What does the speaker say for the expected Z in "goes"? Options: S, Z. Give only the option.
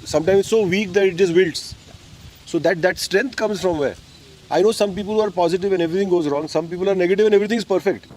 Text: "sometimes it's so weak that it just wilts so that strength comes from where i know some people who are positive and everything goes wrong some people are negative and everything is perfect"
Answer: Z